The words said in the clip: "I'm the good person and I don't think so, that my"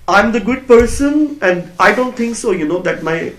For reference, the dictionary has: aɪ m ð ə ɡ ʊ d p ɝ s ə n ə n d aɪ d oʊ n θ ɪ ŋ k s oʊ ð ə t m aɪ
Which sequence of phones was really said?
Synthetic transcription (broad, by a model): aɪ m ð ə ɡ ʊ d p ɝ s ə n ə n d aɪ d oʊ n t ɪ ŋ k s oʊ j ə t m aɪ